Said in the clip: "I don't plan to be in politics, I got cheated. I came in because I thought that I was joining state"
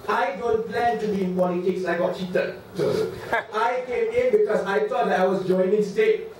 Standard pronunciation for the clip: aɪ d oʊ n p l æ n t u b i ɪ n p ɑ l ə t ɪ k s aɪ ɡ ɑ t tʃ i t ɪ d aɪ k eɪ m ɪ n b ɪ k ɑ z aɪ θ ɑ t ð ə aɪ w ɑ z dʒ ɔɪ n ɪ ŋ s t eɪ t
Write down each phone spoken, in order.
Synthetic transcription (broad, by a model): aɪ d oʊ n p l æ n t u b i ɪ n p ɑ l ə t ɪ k s aɪ ɡ ɑ t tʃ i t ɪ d aɪ k eɪ m ɪ n b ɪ k ɑ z aɪ t ɑ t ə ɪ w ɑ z dʒ ɔɪ n ɪ ŋ s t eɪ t